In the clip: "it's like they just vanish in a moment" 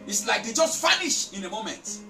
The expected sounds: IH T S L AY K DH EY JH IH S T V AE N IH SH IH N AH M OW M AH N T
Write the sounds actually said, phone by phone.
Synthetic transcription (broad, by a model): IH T S L AY K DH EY JH IH S T F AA N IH SH IH N AH M OW M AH N T